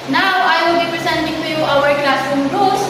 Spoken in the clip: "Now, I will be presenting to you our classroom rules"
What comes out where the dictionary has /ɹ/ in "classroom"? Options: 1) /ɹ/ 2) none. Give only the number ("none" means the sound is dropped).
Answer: 2